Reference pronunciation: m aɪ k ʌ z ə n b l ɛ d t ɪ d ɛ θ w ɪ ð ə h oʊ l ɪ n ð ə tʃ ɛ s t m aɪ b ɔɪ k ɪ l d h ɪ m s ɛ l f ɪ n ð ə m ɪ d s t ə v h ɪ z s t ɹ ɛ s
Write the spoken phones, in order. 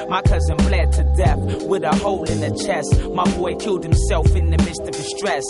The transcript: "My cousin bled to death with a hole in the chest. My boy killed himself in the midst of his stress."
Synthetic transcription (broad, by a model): m aɪ k ʌ z ə n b l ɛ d t ɪ d ɛ θ w ɪ ð ə h oʊ l ɪ n ð ə tʃ ɛ s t m aɪ b ɔɪ k ɪ l d h ɪ m s ɛ l f ɪ n ð ə m ɪ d s t ə v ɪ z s t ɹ ɛ s